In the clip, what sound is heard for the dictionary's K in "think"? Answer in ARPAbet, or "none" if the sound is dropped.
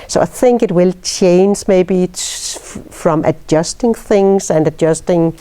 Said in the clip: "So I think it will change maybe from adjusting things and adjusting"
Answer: K